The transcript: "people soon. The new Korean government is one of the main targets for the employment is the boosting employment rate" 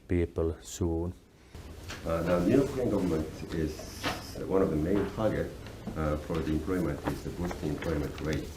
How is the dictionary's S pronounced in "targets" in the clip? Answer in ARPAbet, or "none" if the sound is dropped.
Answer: none